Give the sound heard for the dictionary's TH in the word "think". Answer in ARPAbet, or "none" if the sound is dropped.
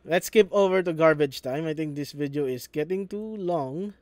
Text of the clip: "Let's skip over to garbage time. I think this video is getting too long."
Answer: T